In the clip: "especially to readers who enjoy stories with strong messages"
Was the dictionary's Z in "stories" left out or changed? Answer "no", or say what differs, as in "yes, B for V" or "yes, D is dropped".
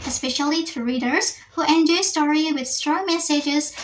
yes, Z is dropped